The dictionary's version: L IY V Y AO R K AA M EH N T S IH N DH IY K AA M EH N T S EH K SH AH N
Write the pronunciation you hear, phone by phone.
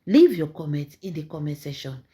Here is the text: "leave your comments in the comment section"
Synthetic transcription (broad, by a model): L IY V Y AO K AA M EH N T IH N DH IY K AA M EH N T S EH SH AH N